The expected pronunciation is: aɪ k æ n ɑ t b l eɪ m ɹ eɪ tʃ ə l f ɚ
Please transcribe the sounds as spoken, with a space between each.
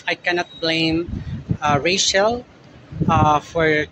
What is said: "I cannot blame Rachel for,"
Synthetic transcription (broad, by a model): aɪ k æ n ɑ t b l eɪ m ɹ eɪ ʃ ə l f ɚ